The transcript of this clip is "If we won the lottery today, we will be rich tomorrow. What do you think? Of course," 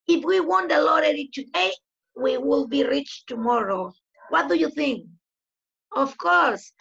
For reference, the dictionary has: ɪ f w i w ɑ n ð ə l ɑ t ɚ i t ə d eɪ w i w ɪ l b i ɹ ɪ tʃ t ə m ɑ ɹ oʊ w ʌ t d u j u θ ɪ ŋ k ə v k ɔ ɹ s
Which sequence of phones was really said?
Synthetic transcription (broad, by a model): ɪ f w i w ɑ n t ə l ɑ t ɚ i t ə d eɪ w i w ɪ l b i ɹ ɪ tʃ t ə m ɑ ɹ oʊ w ʌ t d u j u θ ɪ ŋ k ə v k ɔ ɹ s